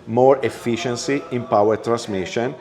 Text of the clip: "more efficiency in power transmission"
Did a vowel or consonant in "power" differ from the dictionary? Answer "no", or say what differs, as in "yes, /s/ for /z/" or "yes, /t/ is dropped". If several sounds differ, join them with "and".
no